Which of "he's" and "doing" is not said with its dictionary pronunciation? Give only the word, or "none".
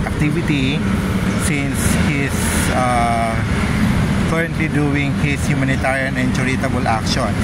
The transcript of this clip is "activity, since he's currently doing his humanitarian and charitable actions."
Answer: he's